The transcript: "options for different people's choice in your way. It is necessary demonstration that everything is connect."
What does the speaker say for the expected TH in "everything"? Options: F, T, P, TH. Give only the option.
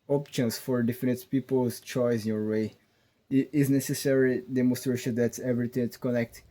T